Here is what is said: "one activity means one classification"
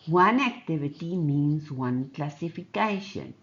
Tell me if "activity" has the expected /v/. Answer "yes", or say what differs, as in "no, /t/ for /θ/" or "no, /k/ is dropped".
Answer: no, /b/ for /v/